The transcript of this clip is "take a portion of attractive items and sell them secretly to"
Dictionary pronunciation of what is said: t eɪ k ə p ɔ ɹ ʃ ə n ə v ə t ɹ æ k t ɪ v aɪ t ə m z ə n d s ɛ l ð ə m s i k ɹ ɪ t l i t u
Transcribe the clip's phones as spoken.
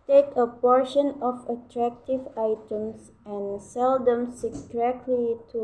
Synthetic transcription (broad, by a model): t eɪ k ə p ɔ ɹ ʃ ə n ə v ə t ɹ æ k t ɪ v aɪ t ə m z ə n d s ɛ l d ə m s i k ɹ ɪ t l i t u